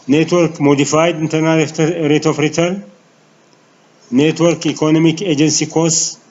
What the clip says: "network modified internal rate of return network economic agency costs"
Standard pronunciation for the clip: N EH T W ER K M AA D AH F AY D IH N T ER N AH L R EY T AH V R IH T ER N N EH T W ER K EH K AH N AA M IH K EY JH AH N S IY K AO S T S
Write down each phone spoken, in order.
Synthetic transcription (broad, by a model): N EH T W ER K M AA D AH F AY D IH N T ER N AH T R EY T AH F R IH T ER L N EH T W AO K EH K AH N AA M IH K EY JH AH N S IY K AO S S